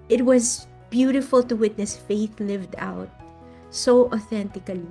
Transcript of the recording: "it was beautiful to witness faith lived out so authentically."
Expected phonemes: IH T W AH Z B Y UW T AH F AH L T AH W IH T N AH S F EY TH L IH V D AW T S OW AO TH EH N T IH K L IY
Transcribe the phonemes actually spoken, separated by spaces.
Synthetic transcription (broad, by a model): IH T W AH Z B Y UW T AH F AH L T AH W IH T N AH S F EY TH L IH V D AW T S OW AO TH EH N T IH K L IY